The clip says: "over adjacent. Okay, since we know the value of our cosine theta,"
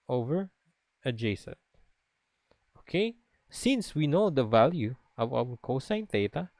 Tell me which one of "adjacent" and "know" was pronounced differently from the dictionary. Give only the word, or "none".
adjacent